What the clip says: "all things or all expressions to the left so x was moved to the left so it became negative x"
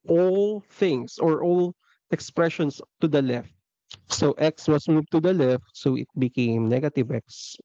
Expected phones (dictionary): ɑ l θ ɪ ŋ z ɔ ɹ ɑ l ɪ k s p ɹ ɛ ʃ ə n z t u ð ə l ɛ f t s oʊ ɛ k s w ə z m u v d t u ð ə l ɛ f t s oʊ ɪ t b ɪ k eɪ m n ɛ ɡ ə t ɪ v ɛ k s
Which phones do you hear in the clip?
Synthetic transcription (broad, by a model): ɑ l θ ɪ ŋ s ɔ ɹ ɑ l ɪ k s p ɹ ɛ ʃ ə n s t u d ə l ɛ f t s oʊ ɛ k s w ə s m u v t u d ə l ɛ f t s oʊ ɪ t b ɪ k eɪ m n ɛ ɡ ə t ɪ v ɛ k s